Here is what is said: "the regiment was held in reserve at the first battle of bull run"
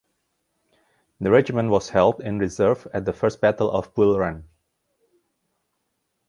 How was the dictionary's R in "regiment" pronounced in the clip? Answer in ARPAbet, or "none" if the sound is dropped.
R